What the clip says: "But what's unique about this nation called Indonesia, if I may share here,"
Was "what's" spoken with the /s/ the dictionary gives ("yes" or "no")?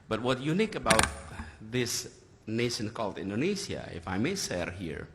no